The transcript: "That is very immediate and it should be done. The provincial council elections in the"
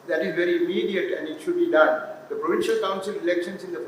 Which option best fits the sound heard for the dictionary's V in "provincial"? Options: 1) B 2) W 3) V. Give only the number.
3